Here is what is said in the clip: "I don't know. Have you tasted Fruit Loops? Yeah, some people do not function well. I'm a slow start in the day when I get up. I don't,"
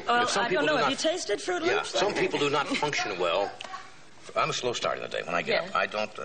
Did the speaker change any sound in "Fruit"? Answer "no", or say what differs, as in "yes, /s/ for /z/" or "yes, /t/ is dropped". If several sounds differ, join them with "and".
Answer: no